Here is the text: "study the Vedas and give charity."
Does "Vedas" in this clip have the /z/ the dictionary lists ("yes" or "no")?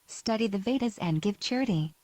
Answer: yes